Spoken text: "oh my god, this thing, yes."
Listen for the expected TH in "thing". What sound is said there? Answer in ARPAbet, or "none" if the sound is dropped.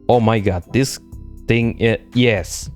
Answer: T